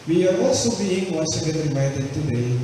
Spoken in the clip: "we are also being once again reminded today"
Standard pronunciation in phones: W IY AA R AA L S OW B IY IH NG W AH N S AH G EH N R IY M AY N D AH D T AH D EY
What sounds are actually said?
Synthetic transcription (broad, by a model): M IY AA W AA S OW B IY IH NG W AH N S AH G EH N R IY M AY D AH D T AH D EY